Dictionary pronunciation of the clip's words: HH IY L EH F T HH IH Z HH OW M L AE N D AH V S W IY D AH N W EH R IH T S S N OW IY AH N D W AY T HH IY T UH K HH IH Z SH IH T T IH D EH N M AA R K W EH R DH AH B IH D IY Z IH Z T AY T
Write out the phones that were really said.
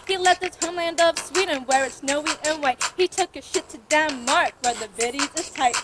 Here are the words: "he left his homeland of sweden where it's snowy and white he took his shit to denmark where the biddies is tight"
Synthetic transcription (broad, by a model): HH IY L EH T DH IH S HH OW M L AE N D AH V S W IY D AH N W EH R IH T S S N OW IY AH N W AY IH HH IY T UH K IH SH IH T T IH D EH M AA R K W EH R DH AH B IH D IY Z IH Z T AY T